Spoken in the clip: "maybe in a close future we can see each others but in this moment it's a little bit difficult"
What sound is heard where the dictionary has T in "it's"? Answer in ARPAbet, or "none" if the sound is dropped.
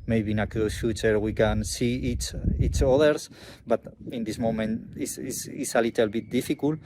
S